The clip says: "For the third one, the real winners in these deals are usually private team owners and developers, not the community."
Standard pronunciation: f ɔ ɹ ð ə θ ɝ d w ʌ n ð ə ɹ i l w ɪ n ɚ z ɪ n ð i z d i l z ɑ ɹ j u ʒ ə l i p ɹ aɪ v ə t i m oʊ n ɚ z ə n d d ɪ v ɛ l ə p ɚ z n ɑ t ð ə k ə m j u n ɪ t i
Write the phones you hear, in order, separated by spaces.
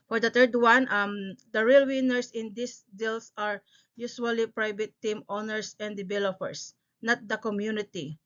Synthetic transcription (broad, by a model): f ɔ ɹ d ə t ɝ d w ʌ n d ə ɹ i l w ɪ n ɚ s ɪ n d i s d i l s ɑ ɹ j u s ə l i p ɹ aɪ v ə t i m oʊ n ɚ s ə n d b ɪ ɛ l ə f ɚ s n ɑ t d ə k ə m j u n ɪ t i